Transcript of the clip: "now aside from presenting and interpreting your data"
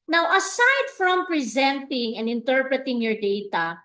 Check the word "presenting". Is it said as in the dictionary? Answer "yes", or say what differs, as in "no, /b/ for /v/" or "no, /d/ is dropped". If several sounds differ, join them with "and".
yes